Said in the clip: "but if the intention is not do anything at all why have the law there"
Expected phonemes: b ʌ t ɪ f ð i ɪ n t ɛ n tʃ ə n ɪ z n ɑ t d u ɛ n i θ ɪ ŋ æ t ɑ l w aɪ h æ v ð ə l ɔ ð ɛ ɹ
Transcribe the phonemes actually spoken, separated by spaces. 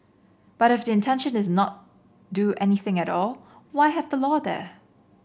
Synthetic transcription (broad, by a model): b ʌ t ɪ f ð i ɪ n t ɛ n ʃ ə n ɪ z n ɑ t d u ɛ n i θ ɪ ŋ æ t ɑ l w aɪ h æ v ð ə l ɔ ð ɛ